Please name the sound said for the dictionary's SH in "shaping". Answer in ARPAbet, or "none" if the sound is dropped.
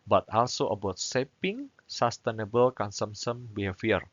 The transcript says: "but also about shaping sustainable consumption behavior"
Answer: S